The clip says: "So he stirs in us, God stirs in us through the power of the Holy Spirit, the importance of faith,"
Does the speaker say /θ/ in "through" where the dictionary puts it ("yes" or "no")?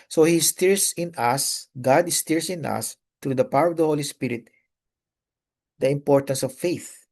no